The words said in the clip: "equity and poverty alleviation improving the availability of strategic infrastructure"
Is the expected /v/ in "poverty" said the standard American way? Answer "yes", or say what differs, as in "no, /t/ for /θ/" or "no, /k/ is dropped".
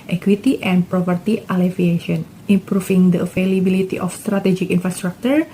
no, /p/ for /v/